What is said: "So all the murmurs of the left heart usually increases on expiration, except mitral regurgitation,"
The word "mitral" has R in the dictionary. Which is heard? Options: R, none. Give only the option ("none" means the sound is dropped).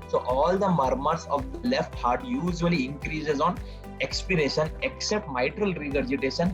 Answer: R